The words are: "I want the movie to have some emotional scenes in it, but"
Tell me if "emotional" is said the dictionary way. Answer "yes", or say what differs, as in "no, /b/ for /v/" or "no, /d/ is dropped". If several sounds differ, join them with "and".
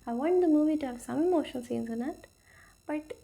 no, /n/ is dropped and /n/ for /l/